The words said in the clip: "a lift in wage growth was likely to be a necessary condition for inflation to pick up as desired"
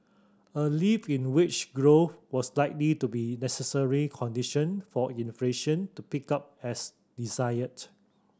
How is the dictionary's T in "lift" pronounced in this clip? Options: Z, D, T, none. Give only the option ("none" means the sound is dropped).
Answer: none